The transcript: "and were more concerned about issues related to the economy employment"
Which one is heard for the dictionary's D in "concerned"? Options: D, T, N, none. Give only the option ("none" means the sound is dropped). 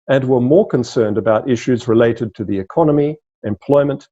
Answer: D